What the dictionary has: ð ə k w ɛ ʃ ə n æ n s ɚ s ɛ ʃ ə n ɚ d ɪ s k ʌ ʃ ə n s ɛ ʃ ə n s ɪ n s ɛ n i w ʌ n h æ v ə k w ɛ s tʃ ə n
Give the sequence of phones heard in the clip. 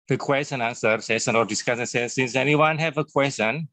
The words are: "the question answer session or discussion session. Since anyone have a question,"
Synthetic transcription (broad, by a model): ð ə k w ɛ s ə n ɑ n s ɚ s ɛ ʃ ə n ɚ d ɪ s k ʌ s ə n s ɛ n s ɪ n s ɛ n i w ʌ n h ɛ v ə k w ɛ s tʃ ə n